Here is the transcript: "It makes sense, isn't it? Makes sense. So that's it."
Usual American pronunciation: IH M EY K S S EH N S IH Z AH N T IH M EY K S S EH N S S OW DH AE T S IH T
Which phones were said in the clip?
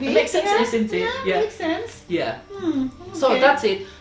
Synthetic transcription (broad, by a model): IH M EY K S S EH N S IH S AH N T IH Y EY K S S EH N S S OW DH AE T S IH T